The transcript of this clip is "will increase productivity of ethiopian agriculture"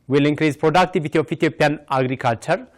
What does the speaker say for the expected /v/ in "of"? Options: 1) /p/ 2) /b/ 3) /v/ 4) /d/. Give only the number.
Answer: 1